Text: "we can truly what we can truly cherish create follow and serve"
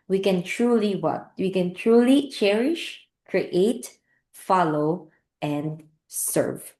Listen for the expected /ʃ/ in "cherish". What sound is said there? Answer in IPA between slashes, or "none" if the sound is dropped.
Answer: /ʃ/